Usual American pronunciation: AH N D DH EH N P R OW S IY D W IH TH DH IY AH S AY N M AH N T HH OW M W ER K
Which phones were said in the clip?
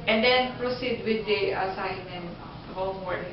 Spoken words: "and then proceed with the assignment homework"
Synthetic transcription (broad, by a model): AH N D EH N P R OW S IY D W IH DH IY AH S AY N AH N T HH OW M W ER